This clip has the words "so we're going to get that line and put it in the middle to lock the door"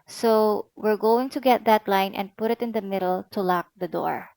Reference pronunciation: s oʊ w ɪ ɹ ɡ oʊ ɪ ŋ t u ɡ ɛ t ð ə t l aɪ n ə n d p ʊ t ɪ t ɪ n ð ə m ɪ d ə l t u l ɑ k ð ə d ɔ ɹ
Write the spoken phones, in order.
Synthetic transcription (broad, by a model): s oʊ w ɪ ɹ ɡ oʊ ɪ ŋ t u ɡ ɛ t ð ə t l aɪ n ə n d p ʊ t ɪ t ɪ n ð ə m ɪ d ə l t u l ɑ k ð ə d ɔ ɹ